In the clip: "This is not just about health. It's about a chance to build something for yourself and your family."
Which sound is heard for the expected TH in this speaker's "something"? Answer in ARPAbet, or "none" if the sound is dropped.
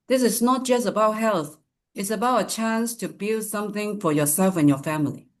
TH